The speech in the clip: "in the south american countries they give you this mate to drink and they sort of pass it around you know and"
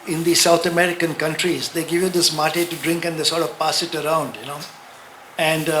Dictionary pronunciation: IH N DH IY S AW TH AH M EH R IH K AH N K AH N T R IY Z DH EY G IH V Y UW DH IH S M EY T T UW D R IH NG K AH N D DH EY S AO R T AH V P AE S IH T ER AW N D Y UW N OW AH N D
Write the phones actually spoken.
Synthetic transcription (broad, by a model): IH N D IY S AW T AH M EH R IH K AH N K AH N T R IY Z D EY G IH V Y UW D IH S M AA T T UW D R IH NG K AH N D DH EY S AO R T AH V P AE S IH T ER AW N D Y UW N OW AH N D